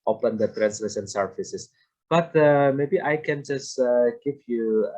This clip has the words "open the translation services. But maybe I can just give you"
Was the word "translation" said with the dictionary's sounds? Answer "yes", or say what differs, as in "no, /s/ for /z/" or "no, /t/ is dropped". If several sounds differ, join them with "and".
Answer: no, /s/ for /ʃ/